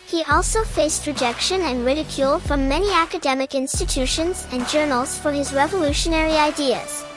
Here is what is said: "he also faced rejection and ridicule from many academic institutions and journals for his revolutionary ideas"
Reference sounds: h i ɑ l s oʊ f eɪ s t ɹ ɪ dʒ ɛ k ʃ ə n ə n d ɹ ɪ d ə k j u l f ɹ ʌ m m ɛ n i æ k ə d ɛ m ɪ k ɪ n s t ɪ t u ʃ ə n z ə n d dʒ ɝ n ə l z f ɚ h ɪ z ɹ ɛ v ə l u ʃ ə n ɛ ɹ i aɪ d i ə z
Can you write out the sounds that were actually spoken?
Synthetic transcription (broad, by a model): h i ɑ l s oʊ f eɪ s t ɹ ɪ dʒ ɛ k ʃ ə n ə n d ɹ ɪ d ə k j u l f ɹ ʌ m m ɛ n i æ k ə d ɛ m ɪ k ɪ n s t ɪ t u ʃ ə n z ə n dʒ ɝ n ə l z f ɚ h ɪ z ɹ ɛ v ə l u ʃ ə n ɛ ɹ i aɪ d i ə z